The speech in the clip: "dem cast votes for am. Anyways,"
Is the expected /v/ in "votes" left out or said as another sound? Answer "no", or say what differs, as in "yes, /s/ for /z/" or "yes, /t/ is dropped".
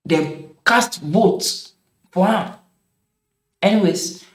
yes, /b/ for /v/